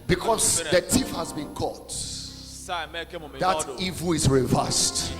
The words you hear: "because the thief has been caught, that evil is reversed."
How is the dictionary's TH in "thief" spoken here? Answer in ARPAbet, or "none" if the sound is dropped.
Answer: T